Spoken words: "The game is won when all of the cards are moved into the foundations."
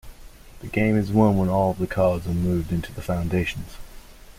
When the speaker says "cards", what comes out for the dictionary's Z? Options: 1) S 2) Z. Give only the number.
2